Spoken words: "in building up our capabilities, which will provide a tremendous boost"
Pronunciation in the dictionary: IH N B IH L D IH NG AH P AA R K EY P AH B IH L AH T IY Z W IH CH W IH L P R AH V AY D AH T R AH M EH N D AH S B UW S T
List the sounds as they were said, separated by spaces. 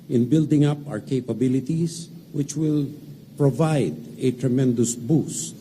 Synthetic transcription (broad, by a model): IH N B IH L D IH NG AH P AA R K EY P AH B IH L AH T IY S W IH CH W IH L P R AH V AY D AH T R AH M EH N D AH S B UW S